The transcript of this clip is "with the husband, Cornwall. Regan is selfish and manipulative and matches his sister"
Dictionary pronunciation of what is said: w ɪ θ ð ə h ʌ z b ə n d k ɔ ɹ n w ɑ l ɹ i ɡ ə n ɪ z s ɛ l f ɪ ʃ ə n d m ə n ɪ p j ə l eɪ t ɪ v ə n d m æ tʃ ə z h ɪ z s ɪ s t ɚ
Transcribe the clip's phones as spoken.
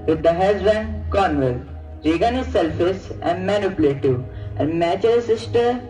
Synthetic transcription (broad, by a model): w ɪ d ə h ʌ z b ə n d k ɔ ɹ n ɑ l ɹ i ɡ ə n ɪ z s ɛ l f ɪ s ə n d m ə n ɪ p l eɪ t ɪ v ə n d m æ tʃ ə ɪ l s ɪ s t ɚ